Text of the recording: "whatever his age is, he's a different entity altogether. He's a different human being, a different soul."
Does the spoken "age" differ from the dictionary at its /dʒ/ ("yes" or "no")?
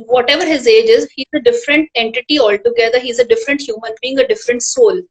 no